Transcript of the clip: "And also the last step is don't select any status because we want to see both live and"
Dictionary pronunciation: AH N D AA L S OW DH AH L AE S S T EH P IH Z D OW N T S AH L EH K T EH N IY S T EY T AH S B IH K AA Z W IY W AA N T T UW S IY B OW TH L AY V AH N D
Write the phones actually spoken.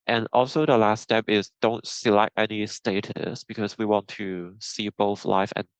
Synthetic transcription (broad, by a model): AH N AA L S OW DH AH L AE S S T EH P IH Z D OW N T S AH L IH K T EH N IY S T EY T AH S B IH K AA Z W IY W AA N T T UW S IY B OW TH L AY F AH N